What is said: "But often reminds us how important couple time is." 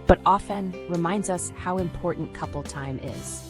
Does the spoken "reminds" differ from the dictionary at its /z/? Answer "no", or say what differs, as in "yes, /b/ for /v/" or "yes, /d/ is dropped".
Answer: no